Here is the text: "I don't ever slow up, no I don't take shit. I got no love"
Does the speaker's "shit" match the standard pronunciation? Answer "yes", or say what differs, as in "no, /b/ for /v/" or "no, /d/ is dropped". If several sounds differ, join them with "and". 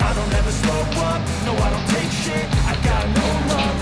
no, /t/ is dropped